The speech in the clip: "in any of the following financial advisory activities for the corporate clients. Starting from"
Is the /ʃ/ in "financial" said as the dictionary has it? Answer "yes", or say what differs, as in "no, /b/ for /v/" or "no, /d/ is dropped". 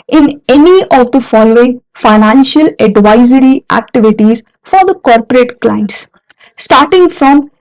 yes